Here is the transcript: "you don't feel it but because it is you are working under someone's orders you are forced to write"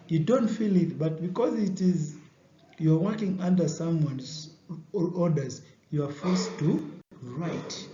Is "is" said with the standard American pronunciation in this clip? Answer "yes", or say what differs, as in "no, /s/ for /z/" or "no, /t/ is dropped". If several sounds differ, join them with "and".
yes